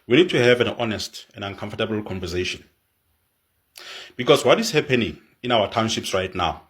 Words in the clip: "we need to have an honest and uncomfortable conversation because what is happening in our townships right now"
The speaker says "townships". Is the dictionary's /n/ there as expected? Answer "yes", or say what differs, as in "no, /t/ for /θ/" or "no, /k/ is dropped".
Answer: yes